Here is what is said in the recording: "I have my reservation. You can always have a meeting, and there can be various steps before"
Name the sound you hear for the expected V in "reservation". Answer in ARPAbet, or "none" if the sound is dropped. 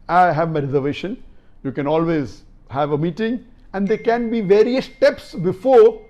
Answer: V